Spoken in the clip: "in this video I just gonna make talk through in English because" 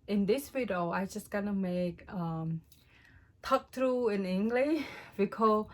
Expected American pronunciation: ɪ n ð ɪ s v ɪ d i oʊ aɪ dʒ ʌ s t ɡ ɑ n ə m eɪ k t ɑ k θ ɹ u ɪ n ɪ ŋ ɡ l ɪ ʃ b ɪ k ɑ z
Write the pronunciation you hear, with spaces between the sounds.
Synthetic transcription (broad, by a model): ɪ n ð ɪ s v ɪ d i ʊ aɪ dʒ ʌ s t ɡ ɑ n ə m eɪ k t ɑ k t ɹ u ɪ n ɪ ŋ ɡ l ɪ ʃ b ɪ k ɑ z